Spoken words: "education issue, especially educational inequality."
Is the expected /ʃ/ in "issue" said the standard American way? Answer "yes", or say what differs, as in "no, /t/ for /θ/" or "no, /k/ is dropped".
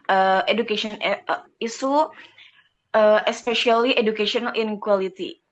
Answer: no, /s/ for /ʃ/